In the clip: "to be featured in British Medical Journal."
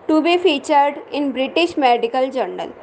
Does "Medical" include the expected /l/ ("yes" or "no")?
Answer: yes